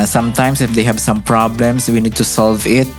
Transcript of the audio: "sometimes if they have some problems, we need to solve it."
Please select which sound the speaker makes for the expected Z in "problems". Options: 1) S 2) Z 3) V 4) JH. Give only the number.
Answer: 1